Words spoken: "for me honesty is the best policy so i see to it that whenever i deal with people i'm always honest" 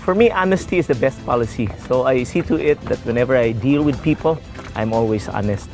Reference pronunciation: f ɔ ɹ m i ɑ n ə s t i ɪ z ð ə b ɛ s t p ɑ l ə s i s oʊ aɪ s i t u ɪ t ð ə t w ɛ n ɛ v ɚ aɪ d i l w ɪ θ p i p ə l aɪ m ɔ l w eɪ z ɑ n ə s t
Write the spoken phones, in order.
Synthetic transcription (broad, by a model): f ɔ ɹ m i ɑ n ə s t i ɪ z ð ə b ɛ s t p ɑ l ə s i s oʊ aɪ s i t u ɪ t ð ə t w ɛ n ɛ v ɚ aɪ d i l w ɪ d p i p ə l aɪ m ɔ l w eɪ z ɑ n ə s t